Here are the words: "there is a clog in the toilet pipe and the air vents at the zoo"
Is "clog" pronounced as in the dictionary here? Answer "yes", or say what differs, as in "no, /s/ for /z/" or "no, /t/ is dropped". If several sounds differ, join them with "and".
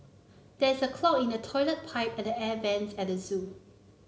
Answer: no, /ɡ/ is dropped